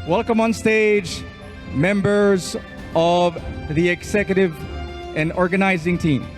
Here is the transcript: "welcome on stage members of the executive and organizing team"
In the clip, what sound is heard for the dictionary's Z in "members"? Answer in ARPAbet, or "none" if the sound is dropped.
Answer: Z